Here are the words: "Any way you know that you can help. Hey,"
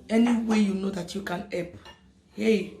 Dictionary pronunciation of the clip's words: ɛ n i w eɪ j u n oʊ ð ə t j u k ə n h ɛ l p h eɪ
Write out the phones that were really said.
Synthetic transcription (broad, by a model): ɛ n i w eɪ j u n oʊ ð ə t j u k ə n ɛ p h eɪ